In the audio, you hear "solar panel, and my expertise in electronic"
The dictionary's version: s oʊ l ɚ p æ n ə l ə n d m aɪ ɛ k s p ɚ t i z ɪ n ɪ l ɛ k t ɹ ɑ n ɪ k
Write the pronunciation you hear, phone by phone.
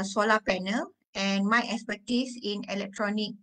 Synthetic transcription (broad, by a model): s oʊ l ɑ p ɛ n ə l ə n m aɪ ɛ k s p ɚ t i s ɪ n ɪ l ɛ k t ɹ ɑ n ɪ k